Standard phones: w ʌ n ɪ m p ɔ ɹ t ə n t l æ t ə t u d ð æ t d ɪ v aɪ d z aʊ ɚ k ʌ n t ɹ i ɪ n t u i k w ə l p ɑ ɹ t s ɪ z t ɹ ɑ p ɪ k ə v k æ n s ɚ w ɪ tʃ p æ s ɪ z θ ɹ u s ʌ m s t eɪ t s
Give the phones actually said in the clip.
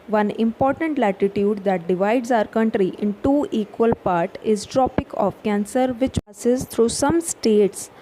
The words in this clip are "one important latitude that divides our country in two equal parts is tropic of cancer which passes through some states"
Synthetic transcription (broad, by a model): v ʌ n ɪ m p ɔ ɹ t ə n t l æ t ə t u d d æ t d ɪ v aɪ d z aʊ ɚ k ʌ n t ɹ i ɪ n t u i k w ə l p ɑ ɹ t ɪ z t ɹ ɑ p ɪ k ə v k æ n s ɚ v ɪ tʃ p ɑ s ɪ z t ɹ u s ʌ m s t eɪ t s